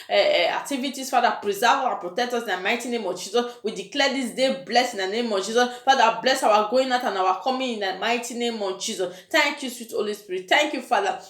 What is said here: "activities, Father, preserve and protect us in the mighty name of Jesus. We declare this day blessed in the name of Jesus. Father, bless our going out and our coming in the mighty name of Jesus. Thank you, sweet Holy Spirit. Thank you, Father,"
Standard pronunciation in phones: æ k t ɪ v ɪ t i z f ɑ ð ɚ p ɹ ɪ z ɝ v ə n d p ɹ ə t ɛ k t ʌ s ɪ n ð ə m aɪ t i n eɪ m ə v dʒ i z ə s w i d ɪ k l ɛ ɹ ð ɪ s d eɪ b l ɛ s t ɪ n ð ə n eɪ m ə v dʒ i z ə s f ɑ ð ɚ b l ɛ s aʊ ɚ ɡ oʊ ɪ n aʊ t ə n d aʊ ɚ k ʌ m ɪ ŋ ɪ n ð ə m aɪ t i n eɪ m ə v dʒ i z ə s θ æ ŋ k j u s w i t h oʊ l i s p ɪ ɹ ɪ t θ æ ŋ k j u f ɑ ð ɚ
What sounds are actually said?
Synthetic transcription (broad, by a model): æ k t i v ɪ t i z f ɑ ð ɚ p ɹ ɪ z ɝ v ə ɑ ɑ p ɹ ə t ɛ k t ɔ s ɪ n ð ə m aɪ t i n eɪ m ə v dʒ i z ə s w i d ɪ k l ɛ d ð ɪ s d eɪ b l ɛ s ɪ n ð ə n eɪ m ə v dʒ i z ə s f ɑ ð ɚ b l ɛ s aʊ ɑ ɡ oʊ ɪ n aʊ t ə n aʊ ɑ k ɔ m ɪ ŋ ɪ n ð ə m aɪ t i n eɪ m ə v dʒ i z ə s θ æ ŋ k j u s w i t h oʊ l i s p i ɹ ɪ t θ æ ŋ k j u f ɑ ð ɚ